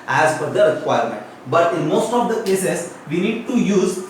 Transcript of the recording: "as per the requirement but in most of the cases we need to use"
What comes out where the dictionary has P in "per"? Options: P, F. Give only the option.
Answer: F